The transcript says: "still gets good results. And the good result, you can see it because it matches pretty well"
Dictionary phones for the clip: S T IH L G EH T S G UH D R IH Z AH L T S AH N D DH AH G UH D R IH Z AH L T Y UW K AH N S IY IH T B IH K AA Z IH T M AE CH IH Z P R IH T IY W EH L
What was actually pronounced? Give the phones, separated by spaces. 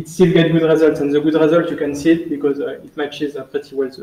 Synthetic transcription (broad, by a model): S T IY L G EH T G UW D R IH Z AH L T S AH N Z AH G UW D R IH Z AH L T Y UW K AH N S IY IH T B IH K AA Z IH T M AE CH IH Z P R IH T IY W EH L